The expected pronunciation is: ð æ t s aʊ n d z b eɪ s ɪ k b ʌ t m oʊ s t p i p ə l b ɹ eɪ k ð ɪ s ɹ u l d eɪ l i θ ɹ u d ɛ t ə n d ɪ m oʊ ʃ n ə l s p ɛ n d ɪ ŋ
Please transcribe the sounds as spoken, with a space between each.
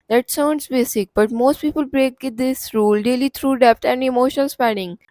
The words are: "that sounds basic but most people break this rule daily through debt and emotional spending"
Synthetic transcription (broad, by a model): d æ t s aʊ n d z b eɪ s ɪ k b ʌ t m oʊ s t p i p ə l b ɹ eɪ k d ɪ s ɹ u l d eɪ l i t ɹ u d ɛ t ə n d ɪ m oʊ ʃ ə n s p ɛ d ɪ ŋ